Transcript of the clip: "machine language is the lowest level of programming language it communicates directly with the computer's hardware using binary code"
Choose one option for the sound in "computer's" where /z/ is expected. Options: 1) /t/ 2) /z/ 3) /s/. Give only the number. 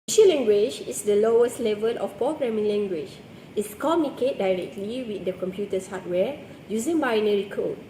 3